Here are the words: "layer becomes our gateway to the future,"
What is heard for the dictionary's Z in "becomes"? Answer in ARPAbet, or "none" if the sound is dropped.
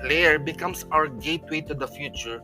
S